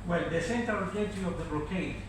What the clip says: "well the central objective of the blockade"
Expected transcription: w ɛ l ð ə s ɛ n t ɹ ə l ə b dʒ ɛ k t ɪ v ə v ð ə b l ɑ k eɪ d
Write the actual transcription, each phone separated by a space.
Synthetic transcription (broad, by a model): w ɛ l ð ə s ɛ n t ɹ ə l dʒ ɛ t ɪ ə v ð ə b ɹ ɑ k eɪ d